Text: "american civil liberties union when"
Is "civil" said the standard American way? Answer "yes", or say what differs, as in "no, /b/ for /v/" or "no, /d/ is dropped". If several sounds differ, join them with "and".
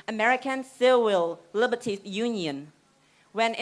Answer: no, /w/ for /v/